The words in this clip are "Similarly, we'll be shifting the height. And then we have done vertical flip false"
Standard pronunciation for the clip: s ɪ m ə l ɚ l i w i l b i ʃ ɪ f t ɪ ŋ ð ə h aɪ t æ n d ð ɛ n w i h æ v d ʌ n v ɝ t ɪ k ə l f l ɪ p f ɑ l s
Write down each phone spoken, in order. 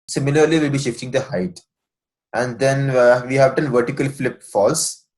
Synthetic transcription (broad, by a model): s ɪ m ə l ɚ l i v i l b i ʃ ɪ f t ɪ ŋ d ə h aɪ t æ n d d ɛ n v i h æ v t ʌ n v ɝ t ɪ k ə l f l ɪ p f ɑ l s